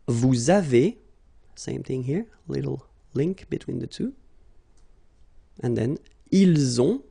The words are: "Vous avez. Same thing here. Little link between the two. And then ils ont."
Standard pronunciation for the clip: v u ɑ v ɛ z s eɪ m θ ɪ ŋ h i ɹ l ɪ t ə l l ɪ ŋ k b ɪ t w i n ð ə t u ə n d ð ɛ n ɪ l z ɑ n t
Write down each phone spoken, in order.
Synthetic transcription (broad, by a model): v u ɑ v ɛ s eɪ m θ ɪ ŋ h i ɹ l ɪ t l l ɪ ŋ k b ɪ t w i n ð ə t u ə n ð ɛ n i l z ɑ